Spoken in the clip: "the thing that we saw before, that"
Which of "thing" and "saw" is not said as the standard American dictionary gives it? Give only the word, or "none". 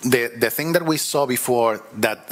none